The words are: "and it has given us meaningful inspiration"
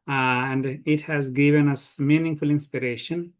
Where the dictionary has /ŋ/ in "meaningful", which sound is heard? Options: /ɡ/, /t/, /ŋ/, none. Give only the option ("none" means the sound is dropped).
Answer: /ŋ/